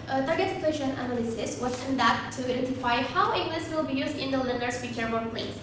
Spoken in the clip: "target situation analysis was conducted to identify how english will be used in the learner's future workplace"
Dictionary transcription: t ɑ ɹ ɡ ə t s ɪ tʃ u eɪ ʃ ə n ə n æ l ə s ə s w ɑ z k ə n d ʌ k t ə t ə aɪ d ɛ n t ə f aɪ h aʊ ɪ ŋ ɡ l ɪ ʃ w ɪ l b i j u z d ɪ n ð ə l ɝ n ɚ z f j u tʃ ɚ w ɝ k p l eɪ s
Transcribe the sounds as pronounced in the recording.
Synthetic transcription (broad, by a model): t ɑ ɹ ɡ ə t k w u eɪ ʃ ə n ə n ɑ l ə s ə s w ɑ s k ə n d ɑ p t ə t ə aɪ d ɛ n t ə f aɪ h aʊ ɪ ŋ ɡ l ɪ s w ɪ l b i j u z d ɪ n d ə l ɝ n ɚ s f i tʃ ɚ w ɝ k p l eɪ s